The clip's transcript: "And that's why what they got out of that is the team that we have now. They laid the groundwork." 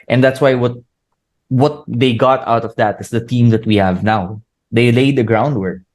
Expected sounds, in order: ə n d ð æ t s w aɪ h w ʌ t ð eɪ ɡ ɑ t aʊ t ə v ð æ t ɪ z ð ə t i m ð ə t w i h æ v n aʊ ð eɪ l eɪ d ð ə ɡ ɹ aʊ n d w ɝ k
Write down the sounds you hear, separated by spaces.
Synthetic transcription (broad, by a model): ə n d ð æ t s w aɪ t w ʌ t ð eɪ ɡ ɑ t aʊ t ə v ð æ t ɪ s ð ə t i m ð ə t w i h æ v n aʊ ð eɪ l eɪ d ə ɡ ɹ aʊ n d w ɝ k